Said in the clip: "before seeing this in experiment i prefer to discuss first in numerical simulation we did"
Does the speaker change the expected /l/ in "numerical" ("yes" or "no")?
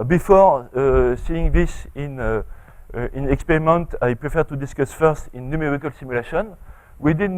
no